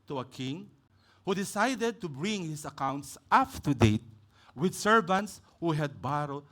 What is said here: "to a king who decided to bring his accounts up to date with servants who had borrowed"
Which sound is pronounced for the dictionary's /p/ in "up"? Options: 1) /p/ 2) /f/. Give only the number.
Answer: 2